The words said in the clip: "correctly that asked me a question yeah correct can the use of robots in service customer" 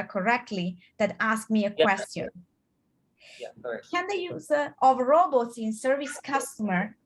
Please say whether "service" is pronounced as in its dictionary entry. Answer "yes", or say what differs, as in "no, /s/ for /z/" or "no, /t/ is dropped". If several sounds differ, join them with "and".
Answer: yes